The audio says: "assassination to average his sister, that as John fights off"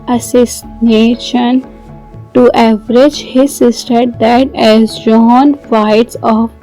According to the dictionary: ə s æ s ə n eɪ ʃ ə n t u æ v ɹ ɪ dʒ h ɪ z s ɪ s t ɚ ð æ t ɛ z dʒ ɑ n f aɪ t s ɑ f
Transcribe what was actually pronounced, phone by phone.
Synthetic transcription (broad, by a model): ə s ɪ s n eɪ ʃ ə n t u æ v ɹ ɪ dʒ h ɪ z s ɪ s t ɚ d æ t ɛ z dʒ ɑ n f aɪ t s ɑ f